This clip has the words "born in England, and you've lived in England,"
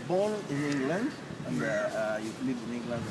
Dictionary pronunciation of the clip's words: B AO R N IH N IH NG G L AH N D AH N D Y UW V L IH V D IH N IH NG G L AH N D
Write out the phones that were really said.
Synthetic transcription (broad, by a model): B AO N IH N IH NG G L AH N D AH N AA Y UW L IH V IH N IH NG G L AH N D